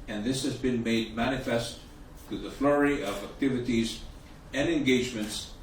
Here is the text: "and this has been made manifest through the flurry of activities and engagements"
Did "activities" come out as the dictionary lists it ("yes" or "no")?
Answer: yes